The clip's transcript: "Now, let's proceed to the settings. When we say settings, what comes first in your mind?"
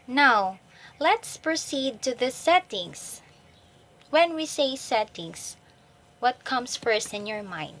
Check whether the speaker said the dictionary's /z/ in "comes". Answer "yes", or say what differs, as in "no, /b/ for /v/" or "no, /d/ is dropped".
no, /s/ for /z/